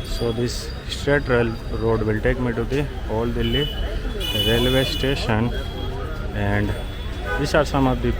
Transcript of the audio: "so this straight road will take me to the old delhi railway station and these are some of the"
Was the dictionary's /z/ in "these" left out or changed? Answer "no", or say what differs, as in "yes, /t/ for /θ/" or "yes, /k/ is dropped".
yes, /s/ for /z/